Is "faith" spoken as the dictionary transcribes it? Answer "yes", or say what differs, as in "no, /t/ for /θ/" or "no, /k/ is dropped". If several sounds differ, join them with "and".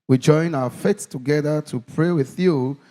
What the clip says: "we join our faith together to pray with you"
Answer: no, /s/ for /θ/